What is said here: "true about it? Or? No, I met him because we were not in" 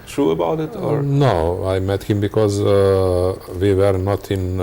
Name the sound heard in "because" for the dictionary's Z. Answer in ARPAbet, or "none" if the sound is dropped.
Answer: Z